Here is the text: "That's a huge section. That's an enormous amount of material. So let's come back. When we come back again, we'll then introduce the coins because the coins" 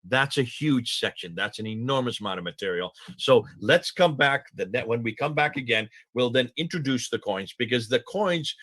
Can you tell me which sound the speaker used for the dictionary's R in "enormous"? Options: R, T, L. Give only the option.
R